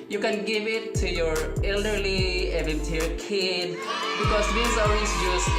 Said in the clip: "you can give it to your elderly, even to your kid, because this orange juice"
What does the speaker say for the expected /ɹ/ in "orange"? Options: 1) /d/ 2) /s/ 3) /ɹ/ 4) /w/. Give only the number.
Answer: 4